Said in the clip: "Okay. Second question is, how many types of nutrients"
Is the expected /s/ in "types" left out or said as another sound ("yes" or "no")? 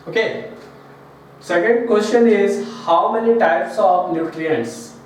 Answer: no